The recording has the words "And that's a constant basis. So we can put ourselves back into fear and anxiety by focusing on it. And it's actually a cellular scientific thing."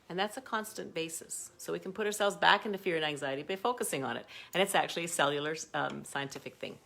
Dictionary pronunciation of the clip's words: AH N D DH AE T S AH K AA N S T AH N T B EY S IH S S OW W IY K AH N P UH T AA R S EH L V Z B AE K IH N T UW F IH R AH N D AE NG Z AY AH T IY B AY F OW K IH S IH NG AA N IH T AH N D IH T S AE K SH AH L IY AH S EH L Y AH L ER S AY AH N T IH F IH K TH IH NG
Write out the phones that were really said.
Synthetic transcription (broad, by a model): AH N DH AE T S AH K AA N S T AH N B EY S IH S S OW W IY K N P UH T AA R S EH L V Z B AE K IH N T UW F IH R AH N AE NG Z AY AH T IY B AY F OW K IH S IH NG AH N IH T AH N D IH T S AE K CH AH L IY AH S EH L Y L ER S AY AH N T IH F IH K TH IH NG